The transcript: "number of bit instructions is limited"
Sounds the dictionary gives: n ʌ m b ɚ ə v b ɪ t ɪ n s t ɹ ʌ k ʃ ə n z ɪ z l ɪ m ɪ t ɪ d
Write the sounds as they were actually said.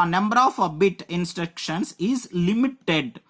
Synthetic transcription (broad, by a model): n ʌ m b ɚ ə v b ɪ t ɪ n s t ɹ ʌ k ʃ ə n s ɪ z l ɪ m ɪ t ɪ d